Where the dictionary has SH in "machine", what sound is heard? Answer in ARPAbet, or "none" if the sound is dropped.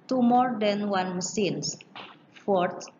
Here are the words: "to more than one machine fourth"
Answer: S